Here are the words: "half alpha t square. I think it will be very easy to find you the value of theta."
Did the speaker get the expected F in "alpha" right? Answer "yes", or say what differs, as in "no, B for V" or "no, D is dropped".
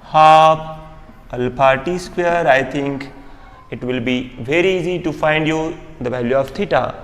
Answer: no, P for F